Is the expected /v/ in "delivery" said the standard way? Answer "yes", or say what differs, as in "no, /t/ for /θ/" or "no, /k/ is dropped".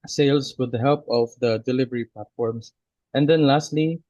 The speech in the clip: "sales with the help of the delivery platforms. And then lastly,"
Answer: yes